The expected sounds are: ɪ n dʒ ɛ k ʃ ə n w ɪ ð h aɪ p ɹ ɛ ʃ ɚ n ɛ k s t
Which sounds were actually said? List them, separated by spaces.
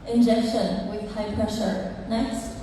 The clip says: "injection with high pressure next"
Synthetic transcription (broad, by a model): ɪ n dʒ ɛ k ʃ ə n w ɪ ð h aɪ p ɹ ɛ ʃ ɚ n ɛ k s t